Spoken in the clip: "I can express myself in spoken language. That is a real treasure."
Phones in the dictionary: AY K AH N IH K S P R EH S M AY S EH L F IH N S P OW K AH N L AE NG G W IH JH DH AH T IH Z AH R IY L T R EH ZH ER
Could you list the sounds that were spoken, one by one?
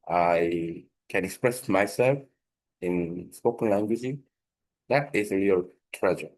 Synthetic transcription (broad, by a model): AY K AH N IH K S P R EH S M AY S EH L F IH N S P OW K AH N L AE NG G W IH JH DH AH T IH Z AH R IY L T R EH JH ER